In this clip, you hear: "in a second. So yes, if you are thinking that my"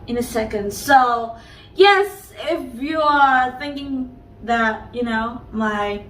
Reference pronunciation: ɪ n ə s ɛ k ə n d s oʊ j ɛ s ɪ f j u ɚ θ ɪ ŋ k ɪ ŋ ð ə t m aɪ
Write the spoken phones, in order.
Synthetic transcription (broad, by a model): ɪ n ə s ɛ k ə n d s oʊ j ɛ s ɪ f j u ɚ θ ɪ ŋ k ɪ ŋ ð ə t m aɪ